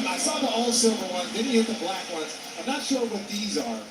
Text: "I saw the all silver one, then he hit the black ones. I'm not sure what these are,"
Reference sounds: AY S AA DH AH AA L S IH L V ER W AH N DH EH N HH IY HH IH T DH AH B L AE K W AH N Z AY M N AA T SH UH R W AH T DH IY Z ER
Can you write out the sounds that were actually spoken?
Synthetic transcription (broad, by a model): AY S AA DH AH AA L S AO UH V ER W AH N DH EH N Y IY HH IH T DH AH B L AE K W AH N Z AY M N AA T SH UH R W AH T DH IY Z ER